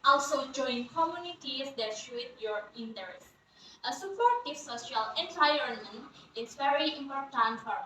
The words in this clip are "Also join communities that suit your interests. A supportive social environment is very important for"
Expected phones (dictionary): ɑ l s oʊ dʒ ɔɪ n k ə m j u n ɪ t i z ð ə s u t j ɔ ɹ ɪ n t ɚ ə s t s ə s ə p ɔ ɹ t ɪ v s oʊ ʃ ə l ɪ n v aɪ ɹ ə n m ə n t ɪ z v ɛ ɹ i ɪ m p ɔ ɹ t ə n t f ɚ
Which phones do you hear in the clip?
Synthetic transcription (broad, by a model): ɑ l s oʊ dʒ ɔɪ n k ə m j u n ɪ t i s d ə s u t j ɔ ɹ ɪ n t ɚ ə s s ə s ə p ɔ ɹ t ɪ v s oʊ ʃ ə l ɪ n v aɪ ə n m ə n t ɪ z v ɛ ɹ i ɪ m p ɔ ɹ t ə n t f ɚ